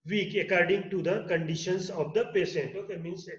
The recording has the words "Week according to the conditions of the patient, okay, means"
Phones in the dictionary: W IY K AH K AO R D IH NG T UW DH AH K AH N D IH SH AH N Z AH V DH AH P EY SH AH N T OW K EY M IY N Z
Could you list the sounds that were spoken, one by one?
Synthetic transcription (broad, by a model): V IY K AH K AO R D IH NG T UW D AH K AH N D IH SH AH N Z AH V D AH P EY S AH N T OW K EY M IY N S